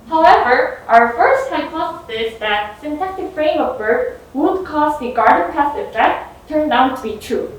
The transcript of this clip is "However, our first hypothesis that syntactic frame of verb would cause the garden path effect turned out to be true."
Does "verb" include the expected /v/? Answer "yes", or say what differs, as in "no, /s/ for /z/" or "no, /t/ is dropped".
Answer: no, /b/ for /v/